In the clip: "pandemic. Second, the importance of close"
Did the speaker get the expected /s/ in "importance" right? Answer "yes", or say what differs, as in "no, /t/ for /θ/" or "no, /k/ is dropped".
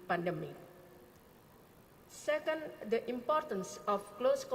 yes